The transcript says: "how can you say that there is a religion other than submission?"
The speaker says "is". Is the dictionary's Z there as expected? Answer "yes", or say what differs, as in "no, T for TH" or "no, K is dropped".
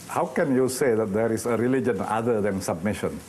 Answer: no, S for Z